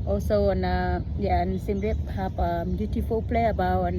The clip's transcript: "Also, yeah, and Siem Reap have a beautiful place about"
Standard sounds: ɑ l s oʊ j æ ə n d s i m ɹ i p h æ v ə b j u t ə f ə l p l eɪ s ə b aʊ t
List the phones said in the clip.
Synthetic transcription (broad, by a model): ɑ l s oʊ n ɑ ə n s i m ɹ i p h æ p ə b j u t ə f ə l p l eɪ ə b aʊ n